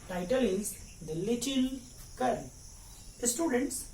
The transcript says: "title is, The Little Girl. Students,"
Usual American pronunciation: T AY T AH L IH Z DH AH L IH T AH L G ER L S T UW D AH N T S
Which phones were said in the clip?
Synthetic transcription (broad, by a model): T AY T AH L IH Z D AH L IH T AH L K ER N S T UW D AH N T S